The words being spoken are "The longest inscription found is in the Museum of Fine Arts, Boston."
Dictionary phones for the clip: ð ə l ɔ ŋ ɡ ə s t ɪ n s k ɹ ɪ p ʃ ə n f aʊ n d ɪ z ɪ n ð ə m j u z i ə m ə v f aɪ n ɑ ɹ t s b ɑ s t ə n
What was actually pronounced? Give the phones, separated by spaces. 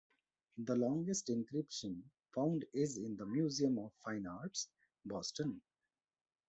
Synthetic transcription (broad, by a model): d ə l ɔ ŋ ɡ ə s t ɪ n k ɹ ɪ p ʃ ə n f aʊ n d ɪ z ɪ n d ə m j u z i ə m ə v f aɪ n ɑ ɹ t s b ɑ s t ə n